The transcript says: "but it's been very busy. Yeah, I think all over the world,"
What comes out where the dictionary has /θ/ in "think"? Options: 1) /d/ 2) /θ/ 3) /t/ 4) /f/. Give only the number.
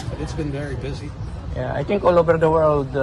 3